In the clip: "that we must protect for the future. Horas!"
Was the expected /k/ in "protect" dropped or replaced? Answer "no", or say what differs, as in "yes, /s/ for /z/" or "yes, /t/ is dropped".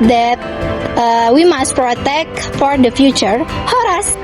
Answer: no